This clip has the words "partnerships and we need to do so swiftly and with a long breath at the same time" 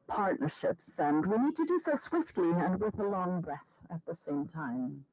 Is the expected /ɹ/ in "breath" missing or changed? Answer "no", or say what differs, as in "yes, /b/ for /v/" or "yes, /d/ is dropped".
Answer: no